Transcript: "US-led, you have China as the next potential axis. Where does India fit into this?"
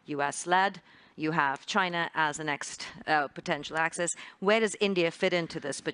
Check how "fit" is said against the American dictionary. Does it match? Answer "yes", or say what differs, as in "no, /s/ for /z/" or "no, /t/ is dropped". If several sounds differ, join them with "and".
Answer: yes